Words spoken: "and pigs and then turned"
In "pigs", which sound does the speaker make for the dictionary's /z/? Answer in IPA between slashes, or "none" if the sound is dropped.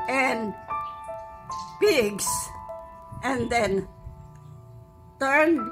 /s/